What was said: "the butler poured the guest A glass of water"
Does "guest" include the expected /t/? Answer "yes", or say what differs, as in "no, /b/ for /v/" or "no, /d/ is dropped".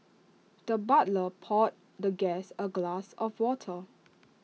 no, /t/ is dropped